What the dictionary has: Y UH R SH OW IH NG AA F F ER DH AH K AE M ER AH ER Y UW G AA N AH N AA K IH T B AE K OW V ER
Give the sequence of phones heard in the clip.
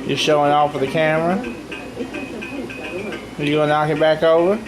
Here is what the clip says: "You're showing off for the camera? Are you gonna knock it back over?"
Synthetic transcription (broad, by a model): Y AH R SH OW IH NG AA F F ER DH AH K AE M ER AH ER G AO AH N AA K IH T B AE K OW V ER